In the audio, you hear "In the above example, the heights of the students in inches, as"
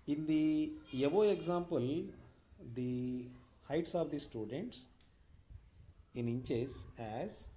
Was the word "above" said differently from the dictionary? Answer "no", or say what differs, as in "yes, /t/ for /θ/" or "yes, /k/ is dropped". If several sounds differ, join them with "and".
yes, /v/ is dropped